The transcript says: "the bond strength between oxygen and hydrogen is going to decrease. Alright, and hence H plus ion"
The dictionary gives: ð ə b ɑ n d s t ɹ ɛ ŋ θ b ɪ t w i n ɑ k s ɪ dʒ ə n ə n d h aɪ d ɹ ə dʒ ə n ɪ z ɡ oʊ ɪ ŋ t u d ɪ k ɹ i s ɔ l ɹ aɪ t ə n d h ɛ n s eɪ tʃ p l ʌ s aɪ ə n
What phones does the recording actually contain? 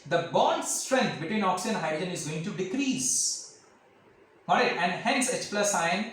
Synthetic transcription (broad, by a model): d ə b ɑ n d s t ɹ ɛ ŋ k b ɪ t w i n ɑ k s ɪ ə ə n d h aɪ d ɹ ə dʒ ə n ɪ z ɡ oʊ ɪ ŋ t u d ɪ k ɹ i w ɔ ɹ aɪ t ə n d h ɛ n s eɪ tʃ p l ʌ s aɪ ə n